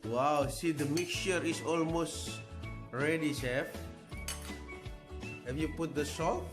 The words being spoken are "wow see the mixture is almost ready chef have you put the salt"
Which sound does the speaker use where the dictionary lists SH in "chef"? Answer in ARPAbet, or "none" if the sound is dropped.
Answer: S